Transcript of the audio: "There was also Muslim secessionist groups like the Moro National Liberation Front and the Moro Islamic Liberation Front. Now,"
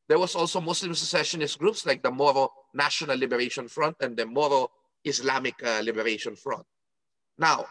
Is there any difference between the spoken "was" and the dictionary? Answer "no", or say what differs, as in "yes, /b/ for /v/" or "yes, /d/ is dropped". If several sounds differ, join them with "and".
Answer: yes, /s/ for /z/